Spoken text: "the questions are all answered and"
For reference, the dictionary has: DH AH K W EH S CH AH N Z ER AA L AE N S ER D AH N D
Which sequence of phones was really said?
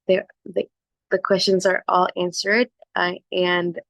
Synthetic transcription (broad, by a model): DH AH K W EH S CH AH N Z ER AA L AE N S ER D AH N